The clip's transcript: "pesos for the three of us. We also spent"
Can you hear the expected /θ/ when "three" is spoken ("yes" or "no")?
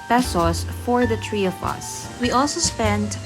no